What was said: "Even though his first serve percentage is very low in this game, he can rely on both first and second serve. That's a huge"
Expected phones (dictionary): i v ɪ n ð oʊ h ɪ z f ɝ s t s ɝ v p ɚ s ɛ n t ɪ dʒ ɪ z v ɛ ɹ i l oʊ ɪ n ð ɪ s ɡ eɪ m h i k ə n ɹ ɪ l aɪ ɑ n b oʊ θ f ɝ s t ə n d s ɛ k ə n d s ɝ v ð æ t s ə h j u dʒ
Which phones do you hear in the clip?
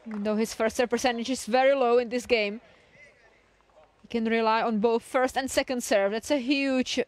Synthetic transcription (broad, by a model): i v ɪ n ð oʊ h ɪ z f ɝ s t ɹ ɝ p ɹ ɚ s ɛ n t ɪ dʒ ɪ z v ɛ ɹ i l oʊ ɪ n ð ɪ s ɡ eɪ m h i k ə n ɹ ɪ l aɪ ɑ n b oʊ θ f ɝ s t ə n d s ɛ k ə n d s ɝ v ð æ t s ə h j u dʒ